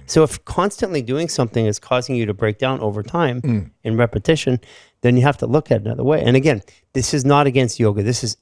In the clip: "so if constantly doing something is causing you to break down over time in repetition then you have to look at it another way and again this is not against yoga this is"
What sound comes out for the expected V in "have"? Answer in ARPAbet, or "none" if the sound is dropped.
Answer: F